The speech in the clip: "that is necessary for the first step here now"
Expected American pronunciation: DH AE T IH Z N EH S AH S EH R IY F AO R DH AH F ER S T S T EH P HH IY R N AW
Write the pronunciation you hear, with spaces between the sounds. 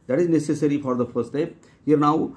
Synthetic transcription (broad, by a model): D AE T IH Z N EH S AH S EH R IY F AO R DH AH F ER T S T EH P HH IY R N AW